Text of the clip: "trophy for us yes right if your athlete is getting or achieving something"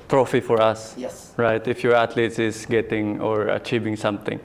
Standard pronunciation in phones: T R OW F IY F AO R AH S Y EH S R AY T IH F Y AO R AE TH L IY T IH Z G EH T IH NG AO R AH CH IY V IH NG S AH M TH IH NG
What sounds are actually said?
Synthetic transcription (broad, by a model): T R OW F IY F AO R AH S S R AY T IH F Y AO R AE T L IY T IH S G EH T IH NG AO R AH CH IY V IH NG S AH M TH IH NG